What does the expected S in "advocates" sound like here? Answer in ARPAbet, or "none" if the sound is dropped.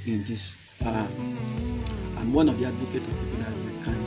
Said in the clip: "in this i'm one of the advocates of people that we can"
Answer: none